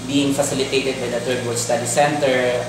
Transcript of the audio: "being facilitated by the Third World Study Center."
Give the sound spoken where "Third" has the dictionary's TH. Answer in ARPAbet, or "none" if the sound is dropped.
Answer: T